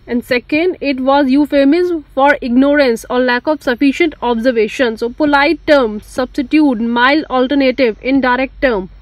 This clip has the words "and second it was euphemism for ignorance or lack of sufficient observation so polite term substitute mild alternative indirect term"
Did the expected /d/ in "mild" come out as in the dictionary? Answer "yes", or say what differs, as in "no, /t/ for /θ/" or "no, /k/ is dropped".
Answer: no, /d/ is dropped